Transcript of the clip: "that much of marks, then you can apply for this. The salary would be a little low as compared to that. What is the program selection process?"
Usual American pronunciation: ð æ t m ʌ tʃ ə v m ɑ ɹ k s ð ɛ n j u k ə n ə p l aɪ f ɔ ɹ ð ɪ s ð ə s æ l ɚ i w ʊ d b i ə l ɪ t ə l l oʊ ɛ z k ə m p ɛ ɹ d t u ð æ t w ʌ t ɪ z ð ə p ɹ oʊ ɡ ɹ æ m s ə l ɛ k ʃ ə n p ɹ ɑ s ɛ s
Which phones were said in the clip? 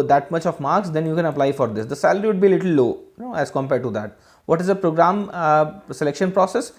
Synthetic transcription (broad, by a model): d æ t m ʌ tʃ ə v m ɑ ɹ k s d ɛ n j u k ə n ə p l aɪ f ɔ ɹ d ɪ s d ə s æ l ɚ i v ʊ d b i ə l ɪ t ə l n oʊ ɛ z k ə m p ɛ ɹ d t u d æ t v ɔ t ɪ z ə p ɹ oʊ ɡ ɹ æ m s ə l ɛ k ʃ ə n p ɹ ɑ s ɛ s